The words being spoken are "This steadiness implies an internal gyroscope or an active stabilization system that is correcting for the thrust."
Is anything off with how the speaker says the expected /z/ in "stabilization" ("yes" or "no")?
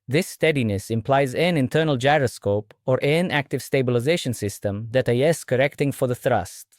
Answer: no